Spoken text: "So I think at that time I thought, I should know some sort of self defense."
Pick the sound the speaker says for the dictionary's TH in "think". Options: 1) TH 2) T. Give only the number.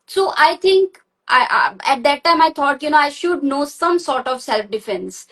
2